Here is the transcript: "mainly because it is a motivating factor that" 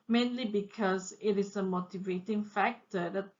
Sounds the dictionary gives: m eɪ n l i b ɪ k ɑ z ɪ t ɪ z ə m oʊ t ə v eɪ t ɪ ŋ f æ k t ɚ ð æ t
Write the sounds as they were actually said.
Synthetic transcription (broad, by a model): m eɪ n l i b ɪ k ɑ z ɪ t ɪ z ə m oʊ t ə v eɪ t ɪ ŋ f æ k t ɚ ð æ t